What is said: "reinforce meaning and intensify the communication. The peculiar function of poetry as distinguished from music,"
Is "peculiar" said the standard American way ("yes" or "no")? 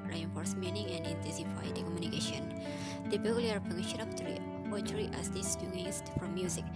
no